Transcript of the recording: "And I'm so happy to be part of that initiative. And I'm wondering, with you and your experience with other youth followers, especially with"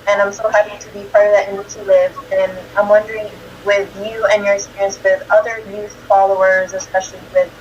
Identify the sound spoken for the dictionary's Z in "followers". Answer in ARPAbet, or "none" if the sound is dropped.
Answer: Z